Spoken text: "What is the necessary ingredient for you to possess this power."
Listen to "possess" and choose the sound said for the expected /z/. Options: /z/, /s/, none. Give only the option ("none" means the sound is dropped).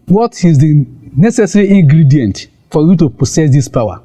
/s/